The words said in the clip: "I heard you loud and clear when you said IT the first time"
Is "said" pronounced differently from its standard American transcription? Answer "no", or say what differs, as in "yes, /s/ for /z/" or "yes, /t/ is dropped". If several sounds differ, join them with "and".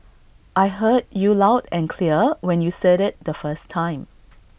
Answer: no